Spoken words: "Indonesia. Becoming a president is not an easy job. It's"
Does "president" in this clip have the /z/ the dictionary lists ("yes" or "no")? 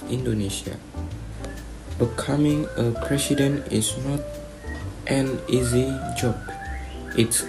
no